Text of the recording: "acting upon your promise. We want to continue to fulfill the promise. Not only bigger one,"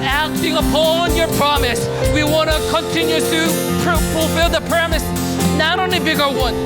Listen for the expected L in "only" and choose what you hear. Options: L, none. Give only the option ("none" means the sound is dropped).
none